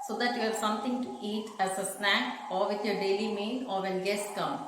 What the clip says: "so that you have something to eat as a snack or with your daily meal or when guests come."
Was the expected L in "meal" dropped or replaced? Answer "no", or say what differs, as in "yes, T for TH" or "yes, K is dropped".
yes, N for L